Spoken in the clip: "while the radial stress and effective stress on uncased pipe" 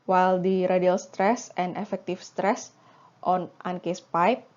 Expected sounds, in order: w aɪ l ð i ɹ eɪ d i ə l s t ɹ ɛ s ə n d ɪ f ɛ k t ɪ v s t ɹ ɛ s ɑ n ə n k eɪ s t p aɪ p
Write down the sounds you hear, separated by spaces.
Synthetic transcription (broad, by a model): w aɪ l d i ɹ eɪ d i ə l s t ɹ ɛ s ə n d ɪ f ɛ k t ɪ f s t ɹ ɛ s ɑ n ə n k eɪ s p aɪ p